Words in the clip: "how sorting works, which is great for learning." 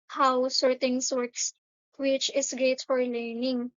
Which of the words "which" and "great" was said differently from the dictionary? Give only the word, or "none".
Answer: great